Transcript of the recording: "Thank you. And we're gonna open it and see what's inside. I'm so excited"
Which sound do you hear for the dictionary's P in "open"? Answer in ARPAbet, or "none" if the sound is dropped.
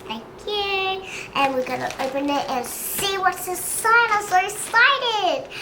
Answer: P